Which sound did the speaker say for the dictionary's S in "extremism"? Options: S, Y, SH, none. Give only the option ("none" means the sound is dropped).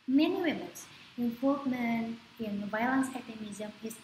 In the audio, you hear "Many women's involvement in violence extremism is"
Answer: none